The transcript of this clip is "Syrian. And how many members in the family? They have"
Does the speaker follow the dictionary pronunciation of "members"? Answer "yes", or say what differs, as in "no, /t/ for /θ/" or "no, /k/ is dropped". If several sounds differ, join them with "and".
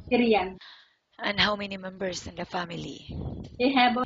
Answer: no, /s/ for /z/